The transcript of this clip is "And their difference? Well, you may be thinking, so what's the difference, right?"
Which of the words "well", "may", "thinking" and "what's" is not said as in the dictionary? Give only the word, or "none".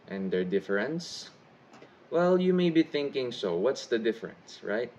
none